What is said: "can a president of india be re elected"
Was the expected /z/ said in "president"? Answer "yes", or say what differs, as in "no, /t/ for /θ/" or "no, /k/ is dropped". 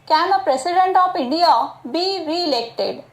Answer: no, /s/ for /z/